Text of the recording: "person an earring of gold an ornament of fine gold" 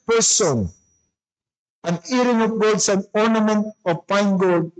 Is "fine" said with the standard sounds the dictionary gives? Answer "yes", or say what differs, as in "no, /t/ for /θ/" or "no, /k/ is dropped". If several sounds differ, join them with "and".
no, /p/ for /f/